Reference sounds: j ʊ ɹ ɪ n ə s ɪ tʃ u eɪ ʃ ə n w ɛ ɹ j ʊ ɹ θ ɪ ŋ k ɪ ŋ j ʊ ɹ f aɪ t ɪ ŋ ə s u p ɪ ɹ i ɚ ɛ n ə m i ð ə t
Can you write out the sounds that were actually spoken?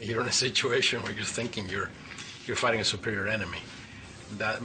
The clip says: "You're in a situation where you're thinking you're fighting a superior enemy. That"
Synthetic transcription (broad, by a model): j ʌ ɹ ɪ n ə s ɪ tʃ u eɪ ʃ ə n w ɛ ɹ j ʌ ɹ θ ɪ ŋ k ɪ ŋ j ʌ ɹ f aɪ t ɪ ŋ ə s u p ɪ ɹ i ɚ ɛ n ə m i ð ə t